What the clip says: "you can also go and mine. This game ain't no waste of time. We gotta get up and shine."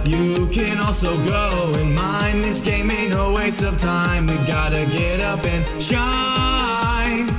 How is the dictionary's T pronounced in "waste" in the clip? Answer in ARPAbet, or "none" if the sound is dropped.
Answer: none